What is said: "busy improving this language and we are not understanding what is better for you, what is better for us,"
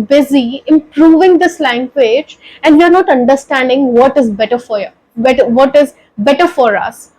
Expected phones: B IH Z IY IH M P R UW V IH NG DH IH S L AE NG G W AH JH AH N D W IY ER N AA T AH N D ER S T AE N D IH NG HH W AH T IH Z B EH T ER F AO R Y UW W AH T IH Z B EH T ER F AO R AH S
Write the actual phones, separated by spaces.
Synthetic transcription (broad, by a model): B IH Z IY IH M P R UW V IH NG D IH S L AE NG G W AH JH AH N D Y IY ER N AA T AH N D ER S T AE N D IH NG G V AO T IH Z B EH T ER F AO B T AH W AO T IH Z B EH T ER F AO R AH S